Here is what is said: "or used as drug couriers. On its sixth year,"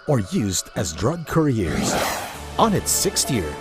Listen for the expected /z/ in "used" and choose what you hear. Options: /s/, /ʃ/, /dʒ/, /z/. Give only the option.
/z/